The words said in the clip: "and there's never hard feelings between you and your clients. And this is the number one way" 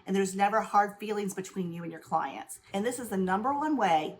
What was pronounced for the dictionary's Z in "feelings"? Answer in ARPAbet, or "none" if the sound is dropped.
Z